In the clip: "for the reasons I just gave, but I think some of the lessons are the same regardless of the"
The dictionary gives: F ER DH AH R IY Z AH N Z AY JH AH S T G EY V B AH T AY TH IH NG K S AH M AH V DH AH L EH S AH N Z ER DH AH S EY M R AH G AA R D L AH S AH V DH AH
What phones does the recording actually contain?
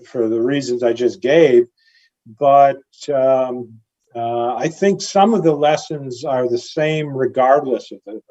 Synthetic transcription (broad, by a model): F ER DH AH R IY Z AH N Z AY JH AH S G EY V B AH T AY TH IH NG K S AH M AH V DH AH L EH S AH N Z ER DH AH S EY M R AH G AA R D L AH S AH V DH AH